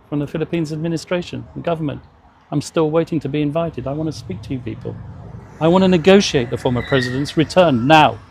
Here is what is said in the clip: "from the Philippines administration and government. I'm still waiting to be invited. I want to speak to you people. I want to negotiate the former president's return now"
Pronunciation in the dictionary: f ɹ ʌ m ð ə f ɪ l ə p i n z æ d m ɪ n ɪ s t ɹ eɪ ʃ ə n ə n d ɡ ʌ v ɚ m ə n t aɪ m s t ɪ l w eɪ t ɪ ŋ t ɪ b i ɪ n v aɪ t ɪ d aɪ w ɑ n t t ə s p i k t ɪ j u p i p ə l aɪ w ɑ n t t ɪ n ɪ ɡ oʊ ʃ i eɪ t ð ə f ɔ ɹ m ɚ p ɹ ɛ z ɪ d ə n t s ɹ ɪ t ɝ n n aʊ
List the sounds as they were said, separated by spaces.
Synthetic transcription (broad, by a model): f ɹ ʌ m ð ə f ɪ l ə p i n z æ d m ɪ n ɪ s t ɹ eɪ ʃ ə n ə ɡ ʌ v ɚ m ə n t aɪ m s t ɪ l w eɪ t ɪ ŋ t ɪ b i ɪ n v aɪ t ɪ d aɪ w ɑ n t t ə s p i k t ɪ j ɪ p i p ə l aɪ w ɑ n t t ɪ n ɪ ɡ oʊ ʃ i eɪ t ð ə f ɔ ɹ m ɚ p ɹ ɛ z ɪ d ə n t s ɹ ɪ t ɝ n n aʊ